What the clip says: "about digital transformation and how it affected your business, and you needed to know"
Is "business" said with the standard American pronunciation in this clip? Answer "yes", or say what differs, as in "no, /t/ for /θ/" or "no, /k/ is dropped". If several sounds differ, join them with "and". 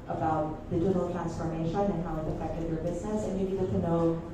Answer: yes